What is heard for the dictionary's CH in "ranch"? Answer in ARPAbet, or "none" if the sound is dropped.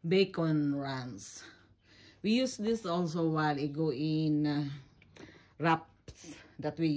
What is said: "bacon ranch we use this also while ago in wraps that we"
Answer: S